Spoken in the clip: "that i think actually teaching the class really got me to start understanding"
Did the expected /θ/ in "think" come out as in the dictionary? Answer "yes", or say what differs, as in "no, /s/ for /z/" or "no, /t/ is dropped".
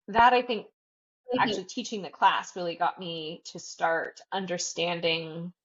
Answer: yes